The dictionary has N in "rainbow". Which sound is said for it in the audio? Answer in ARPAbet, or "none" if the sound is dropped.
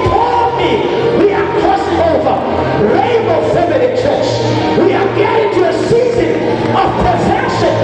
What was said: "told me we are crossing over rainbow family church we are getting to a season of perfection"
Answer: none